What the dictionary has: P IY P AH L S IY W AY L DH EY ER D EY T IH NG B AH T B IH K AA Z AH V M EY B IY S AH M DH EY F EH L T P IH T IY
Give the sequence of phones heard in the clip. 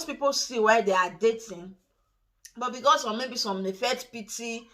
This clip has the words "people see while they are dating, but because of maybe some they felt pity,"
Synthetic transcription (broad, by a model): P IY P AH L S IY W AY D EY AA D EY T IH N B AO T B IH K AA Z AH M EY B IY S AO M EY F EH T P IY T IY